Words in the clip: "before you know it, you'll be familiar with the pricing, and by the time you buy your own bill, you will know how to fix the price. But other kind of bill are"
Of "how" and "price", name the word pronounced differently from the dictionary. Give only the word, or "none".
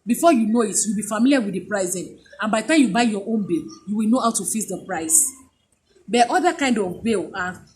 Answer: none